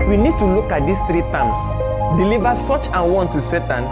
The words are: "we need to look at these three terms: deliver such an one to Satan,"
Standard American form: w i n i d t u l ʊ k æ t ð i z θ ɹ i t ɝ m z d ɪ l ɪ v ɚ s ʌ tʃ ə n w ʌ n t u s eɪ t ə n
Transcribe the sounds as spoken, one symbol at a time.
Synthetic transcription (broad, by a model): w i n i d t u l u k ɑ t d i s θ ɹ i t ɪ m s d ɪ l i v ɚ s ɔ tʃ ə n w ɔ n t u s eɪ t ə n